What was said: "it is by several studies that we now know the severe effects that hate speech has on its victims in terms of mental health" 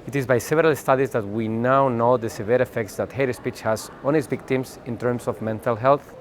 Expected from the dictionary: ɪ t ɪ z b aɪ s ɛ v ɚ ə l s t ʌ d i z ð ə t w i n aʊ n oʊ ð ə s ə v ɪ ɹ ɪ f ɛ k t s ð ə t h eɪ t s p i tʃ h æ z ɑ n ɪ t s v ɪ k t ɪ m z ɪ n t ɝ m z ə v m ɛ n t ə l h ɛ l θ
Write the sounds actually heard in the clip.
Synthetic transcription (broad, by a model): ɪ t ɪ z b aɪ s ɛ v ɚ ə l s t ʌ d i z ð ə t w i n aʊ n oʊ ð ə s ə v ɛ ɹ ɪ f ɛ k t s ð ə t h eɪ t s p i tʃ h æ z ɑ n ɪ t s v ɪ k t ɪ m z ɪ n t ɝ m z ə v m ɛ n t ə l h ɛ l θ